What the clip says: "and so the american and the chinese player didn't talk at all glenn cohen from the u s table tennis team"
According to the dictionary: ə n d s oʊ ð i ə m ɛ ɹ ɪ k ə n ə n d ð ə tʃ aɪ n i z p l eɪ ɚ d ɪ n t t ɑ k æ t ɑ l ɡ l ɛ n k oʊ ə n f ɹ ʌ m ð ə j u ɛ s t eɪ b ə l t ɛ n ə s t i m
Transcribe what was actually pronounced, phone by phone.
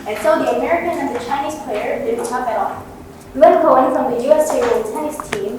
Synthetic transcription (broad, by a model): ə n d s oʊ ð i ə m ɛ ɹ ɪ k ə n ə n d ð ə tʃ aɪ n i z p l eɪ ɚ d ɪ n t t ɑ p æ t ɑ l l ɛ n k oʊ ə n f ɹ ʌ m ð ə j u ɛ s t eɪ ə n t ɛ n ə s t i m